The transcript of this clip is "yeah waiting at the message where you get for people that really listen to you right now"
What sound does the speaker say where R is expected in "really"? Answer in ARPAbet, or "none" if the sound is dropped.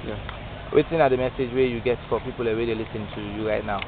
W